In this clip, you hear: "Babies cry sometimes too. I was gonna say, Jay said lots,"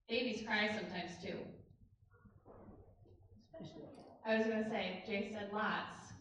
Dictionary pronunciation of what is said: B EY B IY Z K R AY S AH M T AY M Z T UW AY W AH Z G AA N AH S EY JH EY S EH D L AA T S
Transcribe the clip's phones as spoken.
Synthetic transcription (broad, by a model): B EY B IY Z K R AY S AH M T AY M Z T UW AY W AH Z G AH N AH S EY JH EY S EH D L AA T S